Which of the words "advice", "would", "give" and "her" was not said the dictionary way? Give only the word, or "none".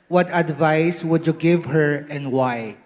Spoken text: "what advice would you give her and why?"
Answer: none